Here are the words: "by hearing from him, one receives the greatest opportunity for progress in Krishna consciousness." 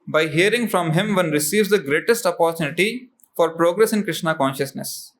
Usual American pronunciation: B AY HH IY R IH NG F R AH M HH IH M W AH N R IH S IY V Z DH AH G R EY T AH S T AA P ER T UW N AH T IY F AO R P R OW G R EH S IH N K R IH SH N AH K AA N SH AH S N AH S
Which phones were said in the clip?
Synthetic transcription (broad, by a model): B AY HH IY R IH NG F R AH M HH IH M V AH N R IH S IY V Z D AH G R EY T AH S T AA P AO T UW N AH T IY F AO R P R OW G R EH S IH N K R IH SH N AH K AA N SH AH S N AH S